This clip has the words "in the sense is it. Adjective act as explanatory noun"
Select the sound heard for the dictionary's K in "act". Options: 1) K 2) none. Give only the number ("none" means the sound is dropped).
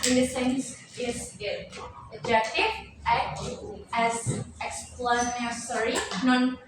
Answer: 2